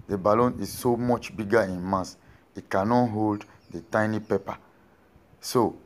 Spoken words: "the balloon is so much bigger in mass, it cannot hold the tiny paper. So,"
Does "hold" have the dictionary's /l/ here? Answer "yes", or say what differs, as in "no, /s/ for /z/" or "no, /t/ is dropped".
yes